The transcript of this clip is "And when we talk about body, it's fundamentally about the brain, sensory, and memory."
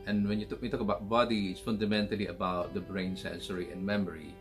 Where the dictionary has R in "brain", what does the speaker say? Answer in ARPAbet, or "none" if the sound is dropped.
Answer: R